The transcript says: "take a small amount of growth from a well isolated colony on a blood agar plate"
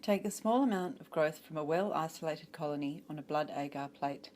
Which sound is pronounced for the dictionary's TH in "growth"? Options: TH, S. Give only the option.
TH